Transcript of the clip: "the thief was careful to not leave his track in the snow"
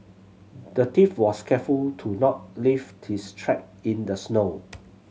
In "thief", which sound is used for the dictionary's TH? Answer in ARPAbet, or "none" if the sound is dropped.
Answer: T